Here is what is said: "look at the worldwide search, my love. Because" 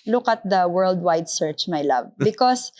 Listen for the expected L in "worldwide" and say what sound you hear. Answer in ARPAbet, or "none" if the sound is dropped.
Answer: L